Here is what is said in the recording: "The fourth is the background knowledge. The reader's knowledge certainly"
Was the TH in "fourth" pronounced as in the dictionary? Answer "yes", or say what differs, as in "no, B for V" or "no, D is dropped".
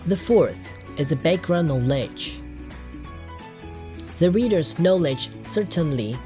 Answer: yes